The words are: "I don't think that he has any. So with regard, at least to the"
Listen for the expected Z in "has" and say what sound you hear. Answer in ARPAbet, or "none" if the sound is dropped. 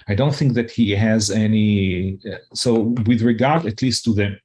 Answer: Z